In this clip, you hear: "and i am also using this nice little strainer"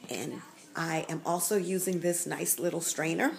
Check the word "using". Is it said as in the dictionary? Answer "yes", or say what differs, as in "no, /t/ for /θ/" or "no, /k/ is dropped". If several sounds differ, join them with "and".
yes